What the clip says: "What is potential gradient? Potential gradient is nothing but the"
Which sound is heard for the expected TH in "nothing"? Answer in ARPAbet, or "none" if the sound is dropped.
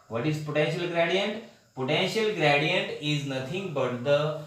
T